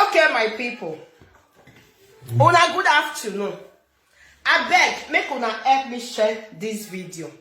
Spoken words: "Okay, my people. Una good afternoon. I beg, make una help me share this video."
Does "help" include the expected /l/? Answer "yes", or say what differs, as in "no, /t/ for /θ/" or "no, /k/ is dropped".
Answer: no, /l/ is dropped